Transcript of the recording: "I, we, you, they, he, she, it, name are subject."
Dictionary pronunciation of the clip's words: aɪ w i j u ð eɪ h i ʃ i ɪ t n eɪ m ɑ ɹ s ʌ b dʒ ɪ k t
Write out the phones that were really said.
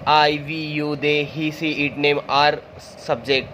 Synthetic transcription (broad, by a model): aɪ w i j u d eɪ h i s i ɪ t n eɪ m ɑ ɹ s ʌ b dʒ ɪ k t